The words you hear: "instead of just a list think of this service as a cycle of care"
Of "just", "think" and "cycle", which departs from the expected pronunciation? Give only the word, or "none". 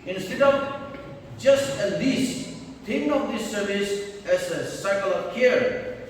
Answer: think